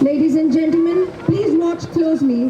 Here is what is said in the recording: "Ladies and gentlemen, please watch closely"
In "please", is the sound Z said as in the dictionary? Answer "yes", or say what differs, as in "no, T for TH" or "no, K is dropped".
yes